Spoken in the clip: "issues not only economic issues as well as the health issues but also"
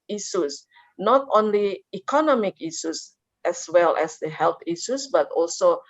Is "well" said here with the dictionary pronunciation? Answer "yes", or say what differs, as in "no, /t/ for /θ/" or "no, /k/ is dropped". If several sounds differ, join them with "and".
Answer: yes